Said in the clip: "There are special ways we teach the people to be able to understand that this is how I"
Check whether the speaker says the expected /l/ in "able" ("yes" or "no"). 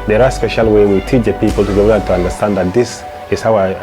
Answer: no